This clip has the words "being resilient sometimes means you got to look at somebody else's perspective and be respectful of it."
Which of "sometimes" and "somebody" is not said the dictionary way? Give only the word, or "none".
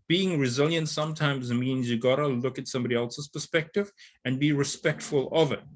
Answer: none